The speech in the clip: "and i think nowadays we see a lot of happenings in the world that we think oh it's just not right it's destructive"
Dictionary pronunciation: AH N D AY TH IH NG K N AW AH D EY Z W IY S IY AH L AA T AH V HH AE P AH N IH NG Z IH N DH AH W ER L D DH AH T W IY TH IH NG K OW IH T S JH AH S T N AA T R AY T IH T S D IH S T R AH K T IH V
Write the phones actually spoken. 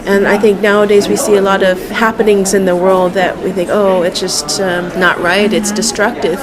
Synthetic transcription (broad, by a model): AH N AY TH IH NG K N AW AH D EY Z W IY S IY AH L AA T AH V HH AE P AH N IH NG Z IH N DH AH W ER L D DH AH T W IY TH IH NG K OW IH T S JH AH S T N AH T R AY T IH T S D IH S T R AH K T IH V